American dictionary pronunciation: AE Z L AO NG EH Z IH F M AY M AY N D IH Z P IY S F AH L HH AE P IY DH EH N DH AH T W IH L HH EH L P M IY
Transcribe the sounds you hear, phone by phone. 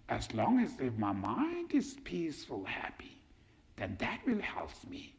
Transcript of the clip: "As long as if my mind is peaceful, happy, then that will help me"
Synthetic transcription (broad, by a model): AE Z L AO NG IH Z IH F M AY M AY N D IH Z P IY S F AH L HH AE P IY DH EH N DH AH T W IH L HH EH L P M IY